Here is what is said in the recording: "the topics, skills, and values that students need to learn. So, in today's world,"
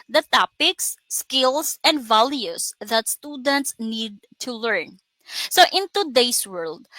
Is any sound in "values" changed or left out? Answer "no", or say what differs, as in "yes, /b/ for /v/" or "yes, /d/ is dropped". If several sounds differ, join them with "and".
yes, /s/ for /z/